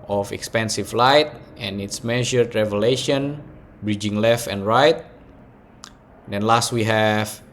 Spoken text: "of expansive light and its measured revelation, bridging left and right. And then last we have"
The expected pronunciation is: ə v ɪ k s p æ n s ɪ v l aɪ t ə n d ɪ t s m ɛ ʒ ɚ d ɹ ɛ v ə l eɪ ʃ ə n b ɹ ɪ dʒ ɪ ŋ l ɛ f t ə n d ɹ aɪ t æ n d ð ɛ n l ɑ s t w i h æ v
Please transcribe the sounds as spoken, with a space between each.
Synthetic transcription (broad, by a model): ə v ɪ k s p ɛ n s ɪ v l aɪ t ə n ɪ t s m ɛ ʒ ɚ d ɹ ɛ v ə l eɪ ʃ ə n b ɹ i dʒ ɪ ŋ l ɛ f t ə n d ɹ aɪ t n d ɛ n l ɑ s t w i h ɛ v